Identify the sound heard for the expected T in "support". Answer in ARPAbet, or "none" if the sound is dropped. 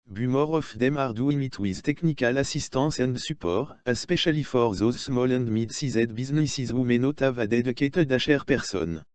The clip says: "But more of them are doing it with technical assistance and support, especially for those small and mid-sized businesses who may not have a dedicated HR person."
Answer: none